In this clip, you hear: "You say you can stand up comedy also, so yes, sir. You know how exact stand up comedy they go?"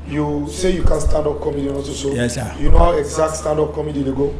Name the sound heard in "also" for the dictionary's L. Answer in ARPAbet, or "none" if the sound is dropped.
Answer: none